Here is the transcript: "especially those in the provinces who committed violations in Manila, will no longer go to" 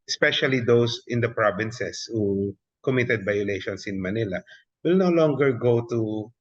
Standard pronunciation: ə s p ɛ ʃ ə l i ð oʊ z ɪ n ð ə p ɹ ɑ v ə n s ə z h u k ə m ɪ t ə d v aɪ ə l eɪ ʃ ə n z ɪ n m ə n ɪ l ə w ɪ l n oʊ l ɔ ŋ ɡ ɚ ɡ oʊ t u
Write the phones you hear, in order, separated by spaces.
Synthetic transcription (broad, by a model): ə s p ɛ ʃ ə l i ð oʊ s ɪ n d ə p ɹ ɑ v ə n s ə s h u k ə m ɪ t ə d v aɪ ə l eɪ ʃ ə n s ɪ n m ə n ɪ l ə w ɪ l n oʊ l ɔ ŋ ɡ ɚ ɡ oʊ t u